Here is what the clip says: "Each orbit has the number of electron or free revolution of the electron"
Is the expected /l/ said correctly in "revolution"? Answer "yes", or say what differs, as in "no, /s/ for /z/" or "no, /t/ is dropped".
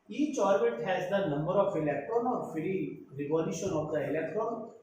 no, /n/ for /l/